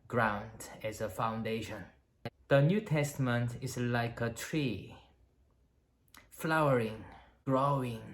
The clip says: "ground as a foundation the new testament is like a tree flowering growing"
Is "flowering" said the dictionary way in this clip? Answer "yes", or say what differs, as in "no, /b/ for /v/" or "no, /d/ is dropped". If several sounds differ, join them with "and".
yes